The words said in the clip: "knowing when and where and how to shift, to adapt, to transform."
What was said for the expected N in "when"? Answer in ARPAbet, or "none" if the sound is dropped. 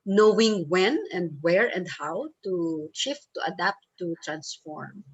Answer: N